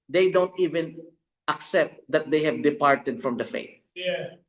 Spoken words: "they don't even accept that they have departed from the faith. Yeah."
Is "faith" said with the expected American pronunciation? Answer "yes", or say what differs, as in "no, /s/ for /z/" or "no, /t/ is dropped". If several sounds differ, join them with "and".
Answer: no, /t/ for /θ/